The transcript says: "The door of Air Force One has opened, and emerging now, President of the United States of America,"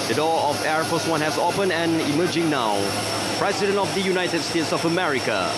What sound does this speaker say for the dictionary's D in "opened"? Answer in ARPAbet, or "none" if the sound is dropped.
none